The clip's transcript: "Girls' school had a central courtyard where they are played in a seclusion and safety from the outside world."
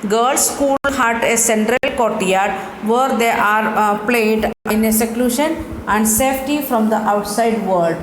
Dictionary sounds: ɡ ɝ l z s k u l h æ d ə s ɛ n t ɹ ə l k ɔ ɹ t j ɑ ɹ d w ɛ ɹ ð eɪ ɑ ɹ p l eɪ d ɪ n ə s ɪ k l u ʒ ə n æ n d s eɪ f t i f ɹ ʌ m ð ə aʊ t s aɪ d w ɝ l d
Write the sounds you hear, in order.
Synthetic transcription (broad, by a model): ɡ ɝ l s k u l h æ d ə s ɛ n t ɹ ə l k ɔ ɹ t j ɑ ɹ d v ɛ ɹ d eɪ ɑ ɹ p l eɪ d ɪ n ə s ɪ k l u ʃ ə n æ n d s eɪ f t i f ɹ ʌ m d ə aʊ t s aɪ d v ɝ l d